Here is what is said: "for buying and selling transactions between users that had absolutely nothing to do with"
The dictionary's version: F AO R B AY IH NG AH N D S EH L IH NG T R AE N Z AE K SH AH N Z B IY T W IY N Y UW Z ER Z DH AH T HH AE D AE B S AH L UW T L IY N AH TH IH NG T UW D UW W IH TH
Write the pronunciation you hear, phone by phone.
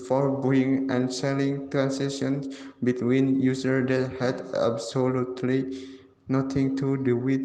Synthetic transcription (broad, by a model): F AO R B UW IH NG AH N S EH L IH NG T R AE N S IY SH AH N S B IY T W IY N Y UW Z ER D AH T HH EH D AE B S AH L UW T L IY N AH T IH NG T UW D UW W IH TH